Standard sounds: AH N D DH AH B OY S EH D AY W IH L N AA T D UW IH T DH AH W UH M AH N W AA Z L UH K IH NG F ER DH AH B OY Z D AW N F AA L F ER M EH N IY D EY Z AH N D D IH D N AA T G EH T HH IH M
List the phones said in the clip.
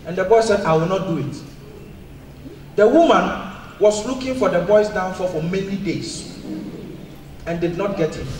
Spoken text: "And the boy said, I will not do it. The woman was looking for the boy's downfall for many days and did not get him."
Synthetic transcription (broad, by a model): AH N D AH B OY S EH D AY W IH L N AA T D UW IH T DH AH W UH M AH N W AA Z L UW K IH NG F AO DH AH B OY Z D AW N F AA F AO M EH N IY D EY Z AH N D D IH D N AA T G EH T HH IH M